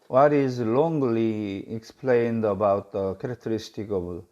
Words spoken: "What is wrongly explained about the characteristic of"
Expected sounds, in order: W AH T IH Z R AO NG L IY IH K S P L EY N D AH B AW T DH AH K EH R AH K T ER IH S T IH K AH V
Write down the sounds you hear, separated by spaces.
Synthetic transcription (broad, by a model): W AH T IH Z L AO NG L IY IH K S P L EY N D AH B AW T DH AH K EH R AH K T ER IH S T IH K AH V